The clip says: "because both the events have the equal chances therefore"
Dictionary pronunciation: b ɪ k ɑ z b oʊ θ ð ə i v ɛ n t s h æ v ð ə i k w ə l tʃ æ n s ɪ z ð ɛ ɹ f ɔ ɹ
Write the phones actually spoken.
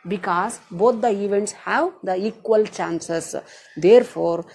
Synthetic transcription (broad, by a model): b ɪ k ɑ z b oʊ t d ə i v ɛ n t s h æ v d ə i k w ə l tʃ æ n s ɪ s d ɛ ɹ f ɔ ɹ